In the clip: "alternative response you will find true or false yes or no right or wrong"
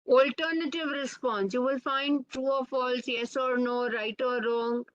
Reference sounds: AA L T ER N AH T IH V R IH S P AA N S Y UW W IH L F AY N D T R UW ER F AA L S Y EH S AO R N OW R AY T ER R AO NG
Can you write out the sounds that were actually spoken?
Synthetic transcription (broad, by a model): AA L T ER N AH T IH V R IH S P AA N S Y UW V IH L F AY N D T UW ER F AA L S Y EH S AO R N OW R AY T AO R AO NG